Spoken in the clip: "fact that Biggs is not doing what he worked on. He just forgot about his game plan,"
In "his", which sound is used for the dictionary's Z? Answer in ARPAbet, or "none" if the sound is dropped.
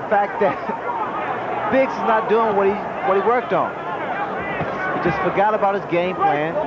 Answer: Z